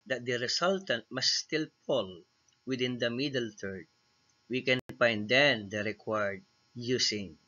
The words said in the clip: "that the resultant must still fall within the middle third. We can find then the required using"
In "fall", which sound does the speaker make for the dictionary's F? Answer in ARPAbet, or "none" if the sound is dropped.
P